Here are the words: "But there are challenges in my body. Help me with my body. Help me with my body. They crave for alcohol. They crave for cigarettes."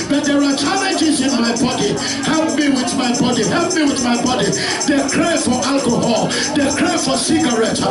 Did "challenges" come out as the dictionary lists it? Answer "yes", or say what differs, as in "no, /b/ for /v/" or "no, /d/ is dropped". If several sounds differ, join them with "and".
no, /n/ is dropped